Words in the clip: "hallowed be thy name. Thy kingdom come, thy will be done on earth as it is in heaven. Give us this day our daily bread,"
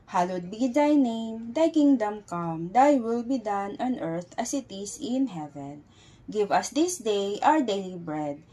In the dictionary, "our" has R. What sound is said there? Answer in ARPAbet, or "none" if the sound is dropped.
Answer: W